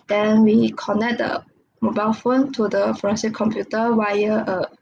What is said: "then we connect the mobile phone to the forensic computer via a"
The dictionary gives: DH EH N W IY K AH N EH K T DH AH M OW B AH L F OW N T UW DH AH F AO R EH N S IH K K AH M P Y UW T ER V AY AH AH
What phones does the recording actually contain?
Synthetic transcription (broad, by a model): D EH N W IY K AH N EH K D AH M OW B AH L F OW N T UW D AH F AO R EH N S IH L K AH M P Y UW T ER W AY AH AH